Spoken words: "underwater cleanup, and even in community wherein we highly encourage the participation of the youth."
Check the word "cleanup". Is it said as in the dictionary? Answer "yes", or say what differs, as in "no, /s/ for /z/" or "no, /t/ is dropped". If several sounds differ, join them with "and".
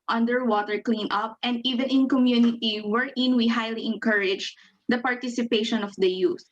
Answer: yes